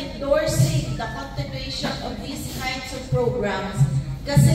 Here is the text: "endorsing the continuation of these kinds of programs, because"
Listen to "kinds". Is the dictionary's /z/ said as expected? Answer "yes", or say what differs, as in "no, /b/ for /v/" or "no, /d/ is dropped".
no, /s/ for /z/